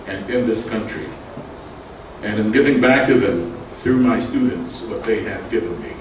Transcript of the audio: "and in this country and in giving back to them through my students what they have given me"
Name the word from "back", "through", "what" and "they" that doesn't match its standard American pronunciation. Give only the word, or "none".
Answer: none